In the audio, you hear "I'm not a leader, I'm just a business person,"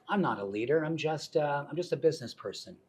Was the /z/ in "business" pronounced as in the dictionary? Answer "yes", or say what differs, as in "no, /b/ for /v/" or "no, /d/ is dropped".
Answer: yes